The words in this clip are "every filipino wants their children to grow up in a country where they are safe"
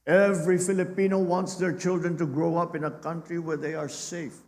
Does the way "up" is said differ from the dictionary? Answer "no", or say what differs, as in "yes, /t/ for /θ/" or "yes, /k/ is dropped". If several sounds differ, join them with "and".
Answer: no